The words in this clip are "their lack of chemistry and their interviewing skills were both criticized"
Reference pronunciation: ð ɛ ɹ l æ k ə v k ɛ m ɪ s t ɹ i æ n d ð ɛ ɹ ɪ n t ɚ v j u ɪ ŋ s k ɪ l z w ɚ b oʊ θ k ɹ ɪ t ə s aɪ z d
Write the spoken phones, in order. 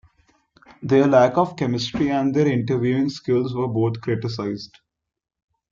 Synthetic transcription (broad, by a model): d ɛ ɹ l æ k ə v k ɛ m ɪ s t ɹ i æ n d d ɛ ɹ ɪ n t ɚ v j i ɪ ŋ s k ɪ l z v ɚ b oʊ t k ɹ ɪ t ə s aɪ z d